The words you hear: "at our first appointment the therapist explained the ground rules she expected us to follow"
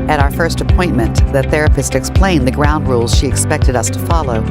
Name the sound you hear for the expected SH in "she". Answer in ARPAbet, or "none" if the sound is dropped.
SH